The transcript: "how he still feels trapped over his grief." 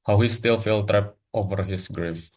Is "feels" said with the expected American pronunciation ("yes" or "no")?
no